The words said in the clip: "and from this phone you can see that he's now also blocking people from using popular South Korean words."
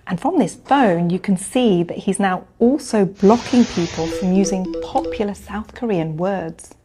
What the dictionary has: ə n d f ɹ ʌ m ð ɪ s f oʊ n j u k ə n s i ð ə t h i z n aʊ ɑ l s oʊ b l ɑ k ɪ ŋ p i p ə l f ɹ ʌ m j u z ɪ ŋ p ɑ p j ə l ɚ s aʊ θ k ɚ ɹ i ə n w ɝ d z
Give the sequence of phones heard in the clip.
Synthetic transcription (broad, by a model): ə n f ɹ ʌ m ð ɪ s f oʊ n j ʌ k ə n s i ð ə t h i z n aʊ ɑ l s oʊ b l ɑ k ɪ ŋ p i p ə l f ɹ ʌ m j u z ɪ ŋ p ɑ p j l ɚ s aʊ θ k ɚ ɹ i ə n w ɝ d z